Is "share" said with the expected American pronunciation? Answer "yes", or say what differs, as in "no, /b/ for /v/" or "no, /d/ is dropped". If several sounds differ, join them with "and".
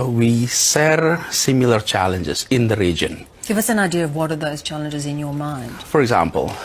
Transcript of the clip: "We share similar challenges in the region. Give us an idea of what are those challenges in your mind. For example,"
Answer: no, /s/ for /ʃ/